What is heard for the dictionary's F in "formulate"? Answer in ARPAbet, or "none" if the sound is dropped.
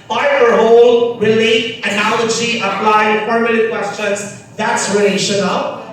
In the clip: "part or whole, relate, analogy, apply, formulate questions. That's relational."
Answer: P